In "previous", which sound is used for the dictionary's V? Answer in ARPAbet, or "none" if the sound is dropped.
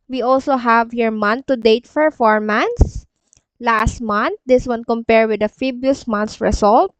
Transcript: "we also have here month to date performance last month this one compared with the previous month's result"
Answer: B